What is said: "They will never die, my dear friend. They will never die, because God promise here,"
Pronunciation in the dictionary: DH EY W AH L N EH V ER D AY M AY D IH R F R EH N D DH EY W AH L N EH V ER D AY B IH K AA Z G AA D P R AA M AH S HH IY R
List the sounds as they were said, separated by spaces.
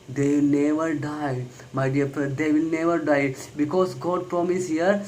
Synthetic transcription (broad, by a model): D EY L N EH V ER D AY M AY D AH R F R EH D EY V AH L N EH V ER D AY B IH K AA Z G AA D P R AA M AH S HH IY R